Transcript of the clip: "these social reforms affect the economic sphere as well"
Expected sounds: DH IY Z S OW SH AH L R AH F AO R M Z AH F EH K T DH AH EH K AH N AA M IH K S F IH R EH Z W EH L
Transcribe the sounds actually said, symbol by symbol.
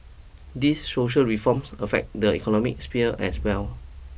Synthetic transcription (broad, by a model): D IY S OW SH AH L R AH F AO M S AH F EH K T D AH EH K AH N AA M IH K S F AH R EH S W EH L